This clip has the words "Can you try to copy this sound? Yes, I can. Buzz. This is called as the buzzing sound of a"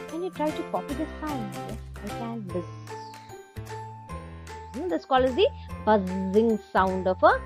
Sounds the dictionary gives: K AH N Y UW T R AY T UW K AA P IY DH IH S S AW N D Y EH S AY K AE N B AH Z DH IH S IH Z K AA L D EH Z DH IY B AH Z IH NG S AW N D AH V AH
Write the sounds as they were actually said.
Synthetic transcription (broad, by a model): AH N Y UW T R AY T UW K AA P IY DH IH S S AW N D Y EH AY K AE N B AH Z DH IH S K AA L IH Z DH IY B AH Z IH NG S AW N D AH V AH